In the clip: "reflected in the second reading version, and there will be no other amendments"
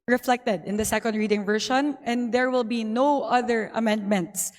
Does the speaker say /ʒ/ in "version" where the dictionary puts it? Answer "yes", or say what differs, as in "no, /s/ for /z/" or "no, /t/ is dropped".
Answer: no, /ʃ/ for /ʒ/